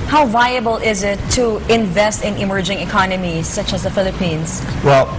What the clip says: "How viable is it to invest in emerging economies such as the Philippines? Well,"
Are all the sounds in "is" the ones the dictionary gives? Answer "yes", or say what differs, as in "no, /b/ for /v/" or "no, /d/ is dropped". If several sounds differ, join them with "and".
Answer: yes